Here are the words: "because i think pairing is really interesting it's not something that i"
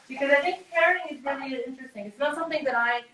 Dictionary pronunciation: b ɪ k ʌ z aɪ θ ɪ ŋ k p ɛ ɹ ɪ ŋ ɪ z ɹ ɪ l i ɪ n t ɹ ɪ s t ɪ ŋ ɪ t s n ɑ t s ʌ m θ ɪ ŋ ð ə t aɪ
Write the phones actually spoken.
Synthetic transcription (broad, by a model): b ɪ k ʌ z aɪ θ ɪ ŋ k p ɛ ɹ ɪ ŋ ɪ z ɹ ɪ l i ɪ n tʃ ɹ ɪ s t ɪ ŋ ɪ t s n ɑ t s ʌ m θ ɪ ŋ ð ə t aɪ